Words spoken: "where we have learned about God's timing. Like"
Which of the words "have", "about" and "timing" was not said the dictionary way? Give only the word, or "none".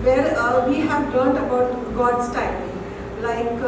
timing